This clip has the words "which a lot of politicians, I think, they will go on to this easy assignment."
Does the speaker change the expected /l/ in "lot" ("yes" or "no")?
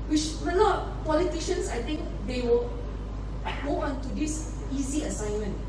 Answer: yes